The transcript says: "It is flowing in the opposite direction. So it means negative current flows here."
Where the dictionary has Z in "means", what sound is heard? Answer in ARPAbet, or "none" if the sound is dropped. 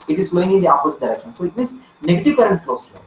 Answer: S